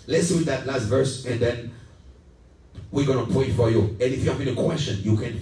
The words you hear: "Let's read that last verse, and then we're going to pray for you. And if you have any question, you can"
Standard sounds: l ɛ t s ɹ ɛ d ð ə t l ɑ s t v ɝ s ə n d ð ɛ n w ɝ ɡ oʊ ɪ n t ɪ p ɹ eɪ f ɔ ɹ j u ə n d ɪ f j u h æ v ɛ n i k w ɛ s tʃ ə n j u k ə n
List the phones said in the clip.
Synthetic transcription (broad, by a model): l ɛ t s w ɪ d ð ə t l ɑ s t v ɝ s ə n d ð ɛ n w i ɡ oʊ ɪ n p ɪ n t f ɔ ɹ j u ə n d ɪ f j u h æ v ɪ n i k w ɛ s tʃ ə n j u k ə n